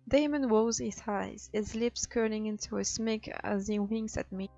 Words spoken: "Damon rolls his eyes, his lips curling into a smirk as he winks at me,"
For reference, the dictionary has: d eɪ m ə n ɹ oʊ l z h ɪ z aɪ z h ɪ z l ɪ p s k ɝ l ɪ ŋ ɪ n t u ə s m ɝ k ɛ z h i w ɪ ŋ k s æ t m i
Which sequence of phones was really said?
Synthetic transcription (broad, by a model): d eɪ m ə n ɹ oʊ z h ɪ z aɪ z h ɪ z l ɪ p s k ɝ n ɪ ŋ ɪ n t u ə s m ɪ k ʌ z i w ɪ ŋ s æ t m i